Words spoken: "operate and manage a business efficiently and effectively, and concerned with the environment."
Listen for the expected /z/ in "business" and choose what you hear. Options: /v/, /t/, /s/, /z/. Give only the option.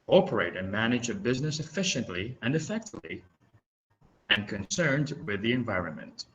/z/